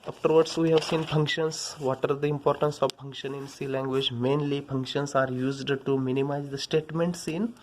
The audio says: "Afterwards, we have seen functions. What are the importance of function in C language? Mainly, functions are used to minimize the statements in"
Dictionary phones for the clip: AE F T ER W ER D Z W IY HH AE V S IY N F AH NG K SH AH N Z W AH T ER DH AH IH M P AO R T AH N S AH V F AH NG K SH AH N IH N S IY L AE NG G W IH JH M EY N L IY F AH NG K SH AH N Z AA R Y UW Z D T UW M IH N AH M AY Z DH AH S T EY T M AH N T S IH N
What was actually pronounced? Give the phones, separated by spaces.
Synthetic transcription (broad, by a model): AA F T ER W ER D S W IY HH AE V S IY N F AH NG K SH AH N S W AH T ER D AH IH M P AO R T AH N S AH V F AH NG K SH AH N IH N S IY L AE NG G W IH JH M EY N L IY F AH NG K SH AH N S AA R Y UW Z D T UW M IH N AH M AY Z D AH S T EY T M AH N T S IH N